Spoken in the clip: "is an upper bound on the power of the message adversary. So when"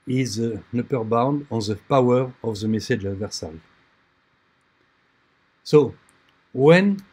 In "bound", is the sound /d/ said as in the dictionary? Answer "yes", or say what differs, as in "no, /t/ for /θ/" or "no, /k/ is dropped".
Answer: yes